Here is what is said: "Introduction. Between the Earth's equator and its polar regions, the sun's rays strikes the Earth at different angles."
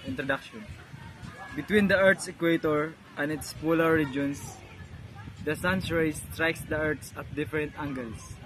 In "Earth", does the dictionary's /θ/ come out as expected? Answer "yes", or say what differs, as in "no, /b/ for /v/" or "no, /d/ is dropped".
no, /s/ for /θ/